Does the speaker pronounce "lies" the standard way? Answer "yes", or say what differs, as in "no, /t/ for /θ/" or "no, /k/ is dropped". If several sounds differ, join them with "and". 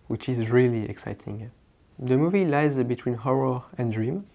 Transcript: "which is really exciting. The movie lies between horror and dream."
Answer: yes